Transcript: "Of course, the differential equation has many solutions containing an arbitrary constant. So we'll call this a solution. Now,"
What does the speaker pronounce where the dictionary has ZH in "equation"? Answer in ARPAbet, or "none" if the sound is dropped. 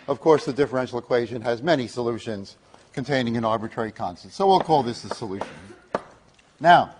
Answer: ZH